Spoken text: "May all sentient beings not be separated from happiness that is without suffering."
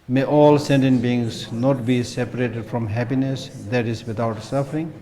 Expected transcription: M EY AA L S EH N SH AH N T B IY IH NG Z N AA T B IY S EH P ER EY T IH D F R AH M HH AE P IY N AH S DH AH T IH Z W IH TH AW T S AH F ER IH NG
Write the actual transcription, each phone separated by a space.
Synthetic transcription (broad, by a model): M EY AA L S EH N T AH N B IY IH NG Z N AA T B IY S EH P ER EY T IH D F R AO M HH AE P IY N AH S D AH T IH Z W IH T AW T S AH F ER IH NG